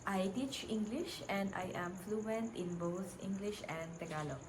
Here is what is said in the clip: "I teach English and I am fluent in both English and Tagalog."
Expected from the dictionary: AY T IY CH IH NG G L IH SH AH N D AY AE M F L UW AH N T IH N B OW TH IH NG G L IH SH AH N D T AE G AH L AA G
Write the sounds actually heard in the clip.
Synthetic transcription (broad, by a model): AY T IY CH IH NG G L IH SH AH N D AY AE M F L UW AH N T IH N B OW T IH NG G L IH SH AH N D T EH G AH L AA